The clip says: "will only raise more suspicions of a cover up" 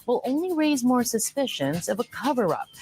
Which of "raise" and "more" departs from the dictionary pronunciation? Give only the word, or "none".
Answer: none